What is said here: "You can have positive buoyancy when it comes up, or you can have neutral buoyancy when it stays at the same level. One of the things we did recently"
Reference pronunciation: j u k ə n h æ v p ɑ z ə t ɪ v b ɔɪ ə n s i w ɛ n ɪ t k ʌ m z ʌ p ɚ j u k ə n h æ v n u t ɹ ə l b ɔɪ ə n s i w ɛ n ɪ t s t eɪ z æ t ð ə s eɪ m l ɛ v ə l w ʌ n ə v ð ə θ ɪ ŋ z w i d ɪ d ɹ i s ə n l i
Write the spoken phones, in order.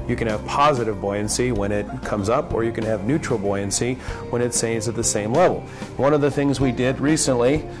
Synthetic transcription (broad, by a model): j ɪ k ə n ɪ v p ɑ z ə t ɪ v b ɔɪ ə n s i w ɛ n ɪ t k ʌ m z ʌ p ɚ j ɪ k ə n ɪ v n u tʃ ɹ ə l b ɔɪ ə n s i w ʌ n ɪ t s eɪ z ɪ t ð ə s eɪ m l ɛ v l w ʌ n ə v ð ə θ ɪ ŋ z w i d ɪ d ɹ i s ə n l i